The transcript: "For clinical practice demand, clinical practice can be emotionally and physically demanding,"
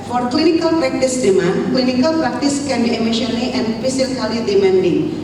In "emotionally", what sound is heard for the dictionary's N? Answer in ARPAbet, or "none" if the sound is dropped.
L